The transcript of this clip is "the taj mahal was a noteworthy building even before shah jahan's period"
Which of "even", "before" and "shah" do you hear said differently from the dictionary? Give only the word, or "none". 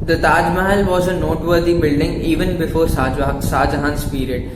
shah